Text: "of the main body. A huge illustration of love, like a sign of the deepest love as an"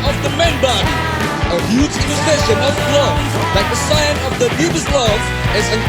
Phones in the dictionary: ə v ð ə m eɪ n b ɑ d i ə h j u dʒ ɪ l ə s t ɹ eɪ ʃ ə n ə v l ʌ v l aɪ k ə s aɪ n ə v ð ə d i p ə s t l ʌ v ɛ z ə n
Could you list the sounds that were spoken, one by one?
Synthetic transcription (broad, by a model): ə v ð ə m eɪ n b ɑ d i ə h j u dʒ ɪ n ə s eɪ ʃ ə n ə v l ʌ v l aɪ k ə s aɪ n ə v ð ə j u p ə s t l ʌ v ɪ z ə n